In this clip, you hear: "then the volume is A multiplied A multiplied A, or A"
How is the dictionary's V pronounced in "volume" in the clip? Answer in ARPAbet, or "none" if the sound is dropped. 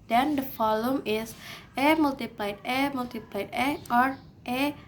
F